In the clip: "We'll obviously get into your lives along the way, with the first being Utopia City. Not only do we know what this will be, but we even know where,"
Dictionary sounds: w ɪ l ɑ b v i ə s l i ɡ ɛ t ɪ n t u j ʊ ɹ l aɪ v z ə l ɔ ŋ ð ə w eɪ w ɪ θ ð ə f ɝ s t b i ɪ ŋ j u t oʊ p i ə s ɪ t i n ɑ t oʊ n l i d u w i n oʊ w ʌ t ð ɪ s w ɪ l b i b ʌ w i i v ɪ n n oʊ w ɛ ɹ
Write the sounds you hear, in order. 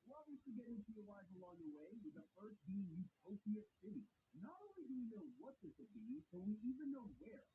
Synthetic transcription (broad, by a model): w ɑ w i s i ɡ ɛ t ɪ n t u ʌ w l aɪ z ə l ɔ ŋ ð ə w eɪ w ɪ ð ə f ɝ s t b i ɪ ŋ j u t oʊ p i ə s ɪ t i n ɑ t oʊ n l i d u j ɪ n oʊ w ʌ t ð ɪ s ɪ b i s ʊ w i i v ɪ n n oʊ w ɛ ɹ